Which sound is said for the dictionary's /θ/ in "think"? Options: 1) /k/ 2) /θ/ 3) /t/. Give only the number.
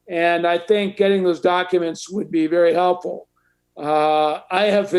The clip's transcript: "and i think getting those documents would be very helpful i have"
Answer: 2